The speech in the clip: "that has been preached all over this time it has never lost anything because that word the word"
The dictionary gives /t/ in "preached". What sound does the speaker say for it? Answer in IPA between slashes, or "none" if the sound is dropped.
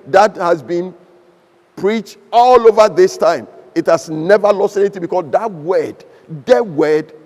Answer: /t/